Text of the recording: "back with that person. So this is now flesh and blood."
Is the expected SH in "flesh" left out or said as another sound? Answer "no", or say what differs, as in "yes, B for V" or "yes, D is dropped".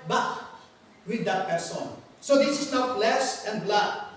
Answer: yes, S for SH